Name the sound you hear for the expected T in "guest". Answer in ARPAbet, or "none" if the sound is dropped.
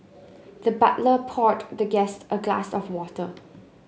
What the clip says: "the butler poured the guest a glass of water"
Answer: T